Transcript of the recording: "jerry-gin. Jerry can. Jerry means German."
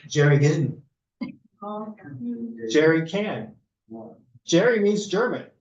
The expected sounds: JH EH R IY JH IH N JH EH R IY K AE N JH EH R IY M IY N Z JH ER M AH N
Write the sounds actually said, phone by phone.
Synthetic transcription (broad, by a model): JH EH R IY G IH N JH EH R IY K AE N JH EH R IY M IY N Z JH ER M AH N